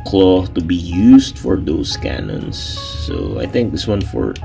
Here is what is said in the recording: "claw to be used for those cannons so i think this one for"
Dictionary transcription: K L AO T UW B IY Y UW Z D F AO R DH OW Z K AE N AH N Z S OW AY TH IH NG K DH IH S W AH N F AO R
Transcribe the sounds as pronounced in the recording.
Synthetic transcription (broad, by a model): K L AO T UW B IY Y UW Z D F AO R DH OW S K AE N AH N S OW AY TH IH NG K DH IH S W AH N F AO R